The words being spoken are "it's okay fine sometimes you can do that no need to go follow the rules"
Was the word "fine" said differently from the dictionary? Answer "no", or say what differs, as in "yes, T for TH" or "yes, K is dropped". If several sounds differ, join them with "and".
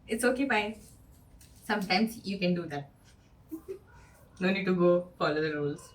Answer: yes, P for F